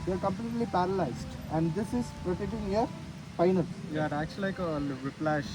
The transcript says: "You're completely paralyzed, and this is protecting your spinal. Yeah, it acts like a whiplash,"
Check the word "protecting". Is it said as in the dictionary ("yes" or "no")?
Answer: no